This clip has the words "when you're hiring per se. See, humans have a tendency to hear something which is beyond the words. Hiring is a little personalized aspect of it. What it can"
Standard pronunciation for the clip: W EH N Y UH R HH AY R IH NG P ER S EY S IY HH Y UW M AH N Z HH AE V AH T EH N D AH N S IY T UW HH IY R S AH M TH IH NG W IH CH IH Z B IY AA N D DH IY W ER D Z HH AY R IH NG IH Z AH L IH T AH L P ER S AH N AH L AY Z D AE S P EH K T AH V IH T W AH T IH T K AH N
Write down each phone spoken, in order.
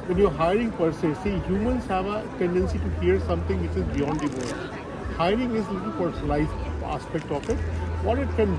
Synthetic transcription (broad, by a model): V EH N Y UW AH HH AY R IH NG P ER S EY S IY HH Y UW M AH N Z HH AE V AH T EH N D AH N S IY T UW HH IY R S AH M T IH NG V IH CH IH Z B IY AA N D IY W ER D HH AY R IH NG IH Z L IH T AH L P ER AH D L AY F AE S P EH K T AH F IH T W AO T IH T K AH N